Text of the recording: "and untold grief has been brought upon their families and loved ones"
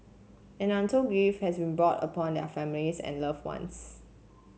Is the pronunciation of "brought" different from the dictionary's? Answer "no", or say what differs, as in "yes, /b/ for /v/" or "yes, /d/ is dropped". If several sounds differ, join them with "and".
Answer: no